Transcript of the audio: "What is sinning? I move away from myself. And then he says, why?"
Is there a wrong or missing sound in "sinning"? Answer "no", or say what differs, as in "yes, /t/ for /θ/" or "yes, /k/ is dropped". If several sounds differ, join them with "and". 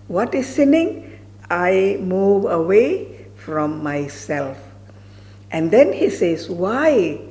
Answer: no